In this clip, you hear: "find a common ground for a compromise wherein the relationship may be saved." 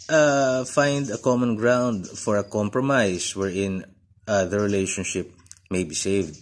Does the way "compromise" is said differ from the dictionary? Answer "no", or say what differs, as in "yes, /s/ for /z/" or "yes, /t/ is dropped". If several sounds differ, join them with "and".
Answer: yes, /s/ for /z/